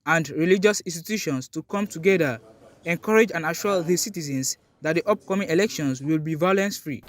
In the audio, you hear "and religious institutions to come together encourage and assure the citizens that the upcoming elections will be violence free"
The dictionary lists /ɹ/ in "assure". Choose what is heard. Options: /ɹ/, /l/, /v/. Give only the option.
/l/